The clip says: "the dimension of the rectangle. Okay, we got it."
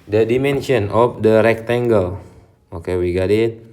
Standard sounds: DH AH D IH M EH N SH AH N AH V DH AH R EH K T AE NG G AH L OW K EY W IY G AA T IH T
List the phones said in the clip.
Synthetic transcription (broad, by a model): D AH D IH M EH N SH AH N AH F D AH R EH K T AE NG G AH L OW K EY W IY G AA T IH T